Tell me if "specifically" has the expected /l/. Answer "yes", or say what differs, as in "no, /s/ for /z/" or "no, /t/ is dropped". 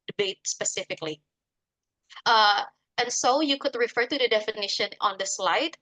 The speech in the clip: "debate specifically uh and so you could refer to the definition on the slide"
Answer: yes